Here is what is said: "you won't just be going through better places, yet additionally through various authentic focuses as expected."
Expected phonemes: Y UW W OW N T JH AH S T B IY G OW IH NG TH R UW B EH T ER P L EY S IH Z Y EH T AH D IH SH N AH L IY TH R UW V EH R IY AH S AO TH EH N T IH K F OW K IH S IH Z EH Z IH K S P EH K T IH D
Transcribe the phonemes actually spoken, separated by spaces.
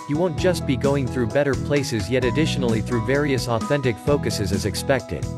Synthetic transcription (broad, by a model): Y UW W OW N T JH AH S T B IY G OW IH NG TH R UW B EH T ER P L EY S IH Z Y EH T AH D IH SH N L IY TH R UW V EH R IY AH S AO TH EH N T IH K F OW K IH S IH Z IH Z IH K S P EH K T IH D